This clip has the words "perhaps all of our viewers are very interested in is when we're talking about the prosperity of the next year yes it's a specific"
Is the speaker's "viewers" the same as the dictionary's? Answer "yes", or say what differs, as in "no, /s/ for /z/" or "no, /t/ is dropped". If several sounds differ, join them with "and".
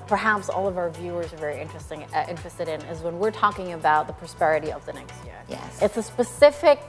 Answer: yes